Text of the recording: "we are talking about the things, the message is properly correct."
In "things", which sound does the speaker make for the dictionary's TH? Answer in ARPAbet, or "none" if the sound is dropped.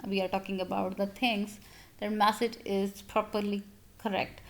T